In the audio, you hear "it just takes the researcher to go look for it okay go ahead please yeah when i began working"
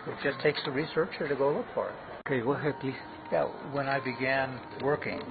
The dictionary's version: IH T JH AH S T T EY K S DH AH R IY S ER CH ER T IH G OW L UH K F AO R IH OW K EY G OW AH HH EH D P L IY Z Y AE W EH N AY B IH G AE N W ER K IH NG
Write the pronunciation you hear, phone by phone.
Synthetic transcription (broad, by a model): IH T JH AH S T T EY K S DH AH R IY S ER CH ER T IH G OW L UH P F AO R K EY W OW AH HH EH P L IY Y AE W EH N AY B IH G AE N W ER K IH NG